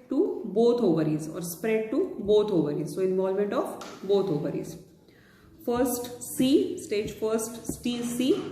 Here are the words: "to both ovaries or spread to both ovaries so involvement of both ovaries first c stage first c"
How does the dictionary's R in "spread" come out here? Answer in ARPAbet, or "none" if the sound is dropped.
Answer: R